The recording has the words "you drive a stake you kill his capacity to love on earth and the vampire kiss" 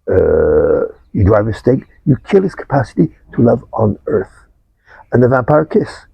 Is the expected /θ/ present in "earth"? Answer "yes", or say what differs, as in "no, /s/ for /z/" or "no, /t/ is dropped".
yes